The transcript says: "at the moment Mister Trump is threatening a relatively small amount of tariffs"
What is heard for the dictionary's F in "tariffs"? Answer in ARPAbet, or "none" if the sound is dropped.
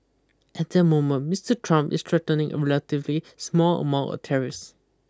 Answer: none